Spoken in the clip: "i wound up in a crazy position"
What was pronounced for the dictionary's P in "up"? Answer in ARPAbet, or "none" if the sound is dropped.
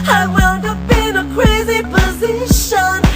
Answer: B